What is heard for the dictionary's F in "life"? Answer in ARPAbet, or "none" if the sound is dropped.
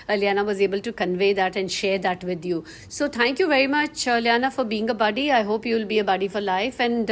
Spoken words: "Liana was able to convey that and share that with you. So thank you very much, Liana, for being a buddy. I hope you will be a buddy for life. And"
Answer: F